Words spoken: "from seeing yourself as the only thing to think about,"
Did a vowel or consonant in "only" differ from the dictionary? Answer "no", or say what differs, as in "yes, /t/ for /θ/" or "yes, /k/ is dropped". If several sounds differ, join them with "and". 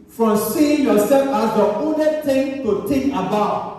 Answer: yes, /l/ is dropped